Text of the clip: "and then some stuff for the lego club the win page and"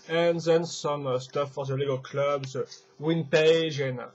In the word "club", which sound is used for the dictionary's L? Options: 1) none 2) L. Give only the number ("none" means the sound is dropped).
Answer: 2